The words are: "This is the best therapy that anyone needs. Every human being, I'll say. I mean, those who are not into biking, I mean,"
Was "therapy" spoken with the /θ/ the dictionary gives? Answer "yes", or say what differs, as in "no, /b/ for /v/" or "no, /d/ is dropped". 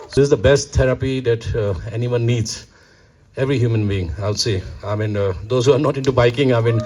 no, /t/ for /θ/